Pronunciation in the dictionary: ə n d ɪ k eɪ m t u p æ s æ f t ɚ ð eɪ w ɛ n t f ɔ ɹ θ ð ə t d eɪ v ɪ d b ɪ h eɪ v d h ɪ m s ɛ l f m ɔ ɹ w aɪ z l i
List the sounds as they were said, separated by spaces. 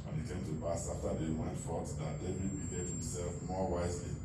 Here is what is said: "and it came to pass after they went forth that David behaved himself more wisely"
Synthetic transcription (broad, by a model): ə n ɪ k eɪ m t u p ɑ s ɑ f t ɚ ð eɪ w ɛ n t f ɔ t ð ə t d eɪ b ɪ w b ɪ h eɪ d h ɪ m s ɛ l f m ɔ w aɪ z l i